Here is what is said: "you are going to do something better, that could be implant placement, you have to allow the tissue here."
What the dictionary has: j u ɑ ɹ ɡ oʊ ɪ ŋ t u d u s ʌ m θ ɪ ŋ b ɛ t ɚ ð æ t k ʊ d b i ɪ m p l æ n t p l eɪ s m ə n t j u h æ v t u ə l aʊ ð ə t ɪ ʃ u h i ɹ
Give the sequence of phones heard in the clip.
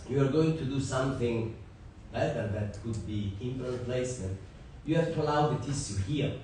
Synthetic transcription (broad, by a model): j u ɑ ɹ ɡ oʊ ɪ ŋ t u d u s ʌ m θ ɪ ŋ b ɛ t ɚ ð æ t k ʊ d b i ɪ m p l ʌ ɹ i p l eɪ s m ə n t j u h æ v t u ə l aʊ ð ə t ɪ s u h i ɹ